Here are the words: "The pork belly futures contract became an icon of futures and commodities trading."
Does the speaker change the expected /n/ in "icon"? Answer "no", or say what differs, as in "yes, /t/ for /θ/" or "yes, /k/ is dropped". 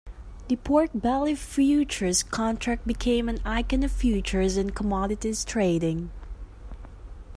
no